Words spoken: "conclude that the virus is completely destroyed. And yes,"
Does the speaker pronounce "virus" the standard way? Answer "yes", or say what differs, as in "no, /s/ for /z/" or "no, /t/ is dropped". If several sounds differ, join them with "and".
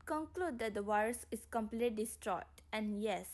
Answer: no, /w/ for /v/